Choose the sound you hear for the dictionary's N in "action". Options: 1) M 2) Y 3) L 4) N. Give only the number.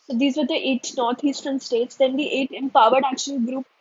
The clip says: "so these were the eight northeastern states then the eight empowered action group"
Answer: 3